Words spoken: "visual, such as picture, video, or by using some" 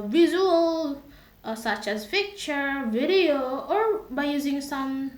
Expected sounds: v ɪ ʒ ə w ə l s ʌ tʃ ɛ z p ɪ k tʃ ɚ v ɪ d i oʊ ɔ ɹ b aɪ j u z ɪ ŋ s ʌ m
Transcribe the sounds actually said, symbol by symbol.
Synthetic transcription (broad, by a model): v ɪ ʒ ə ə l s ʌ tʃ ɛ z f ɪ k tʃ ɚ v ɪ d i oʊ ɔ ɹ b aɪ j u z ɪ ŋ s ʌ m